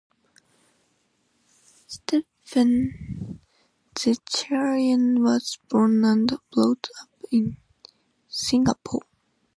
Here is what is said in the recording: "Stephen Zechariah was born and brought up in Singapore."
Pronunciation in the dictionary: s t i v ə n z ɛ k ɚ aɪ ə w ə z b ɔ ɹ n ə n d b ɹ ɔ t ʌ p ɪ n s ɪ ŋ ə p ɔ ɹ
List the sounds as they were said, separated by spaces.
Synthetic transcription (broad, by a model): s t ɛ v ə n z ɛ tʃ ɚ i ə w ə z b ɔ ɹ n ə n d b l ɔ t ʌ p ɪ n s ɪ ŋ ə p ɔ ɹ